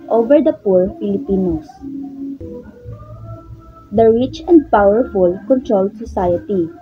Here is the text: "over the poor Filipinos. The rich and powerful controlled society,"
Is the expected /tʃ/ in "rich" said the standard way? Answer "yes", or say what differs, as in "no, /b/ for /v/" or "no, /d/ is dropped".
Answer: yes